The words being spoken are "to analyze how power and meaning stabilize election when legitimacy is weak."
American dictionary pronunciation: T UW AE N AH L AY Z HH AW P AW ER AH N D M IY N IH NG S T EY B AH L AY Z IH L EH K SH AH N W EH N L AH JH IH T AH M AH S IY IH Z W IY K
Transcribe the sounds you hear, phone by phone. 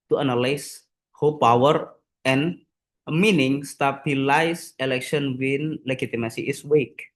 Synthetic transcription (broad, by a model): T UW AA N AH L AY S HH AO P AW ER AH N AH M IY N IH NG S T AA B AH L AY S IH L EH K SH AH N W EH N L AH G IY T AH M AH S IY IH S W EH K